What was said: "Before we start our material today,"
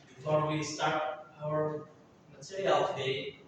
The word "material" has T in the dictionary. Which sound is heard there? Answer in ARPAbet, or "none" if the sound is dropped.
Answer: S